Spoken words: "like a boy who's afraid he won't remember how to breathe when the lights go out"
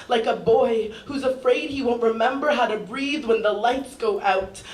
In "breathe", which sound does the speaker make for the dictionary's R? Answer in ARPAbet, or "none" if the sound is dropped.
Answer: R